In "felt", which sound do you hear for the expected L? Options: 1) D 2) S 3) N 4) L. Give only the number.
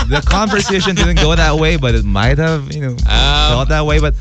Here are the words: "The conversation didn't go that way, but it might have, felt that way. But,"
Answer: 3